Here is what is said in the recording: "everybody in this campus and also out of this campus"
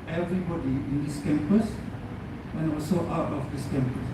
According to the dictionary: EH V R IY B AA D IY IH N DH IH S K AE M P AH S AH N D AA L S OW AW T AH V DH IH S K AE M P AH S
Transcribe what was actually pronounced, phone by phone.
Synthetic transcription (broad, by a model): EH V R IY B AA D IY IH N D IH S K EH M P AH S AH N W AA S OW AW T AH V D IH S K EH M P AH S